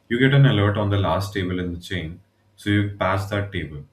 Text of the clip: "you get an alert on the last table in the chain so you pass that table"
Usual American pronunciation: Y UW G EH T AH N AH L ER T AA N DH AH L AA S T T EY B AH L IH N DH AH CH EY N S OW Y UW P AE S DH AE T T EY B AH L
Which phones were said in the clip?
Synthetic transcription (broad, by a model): Y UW G EH T AH N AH L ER T AA N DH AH L AA S T T EY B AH L IH N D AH CH EY N S OW Y UW P AE S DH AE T T EY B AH L